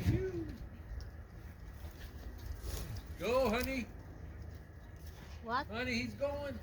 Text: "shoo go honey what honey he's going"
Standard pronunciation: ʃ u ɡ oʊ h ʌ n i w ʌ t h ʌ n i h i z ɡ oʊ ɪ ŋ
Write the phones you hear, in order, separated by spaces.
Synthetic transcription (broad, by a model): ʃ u ɡ oʊ h ʌ n i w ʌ h ʌ n i h i z ɡ oʊ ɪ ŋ